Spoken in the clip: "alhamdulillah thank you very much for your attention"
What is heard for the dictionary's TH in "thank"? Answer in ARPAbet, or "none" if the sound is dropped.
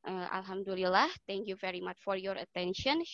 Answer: T